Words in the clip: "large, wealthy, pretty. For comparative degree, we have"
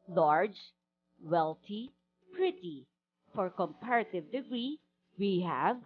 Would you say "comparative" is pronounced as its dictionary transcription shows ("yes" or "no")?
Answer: yes